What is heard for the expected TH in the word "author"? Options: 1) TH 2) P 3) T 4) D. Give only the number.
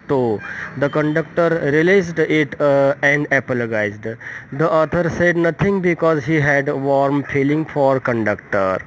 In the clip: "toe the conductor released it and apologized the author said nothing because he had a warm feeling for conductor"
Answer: 3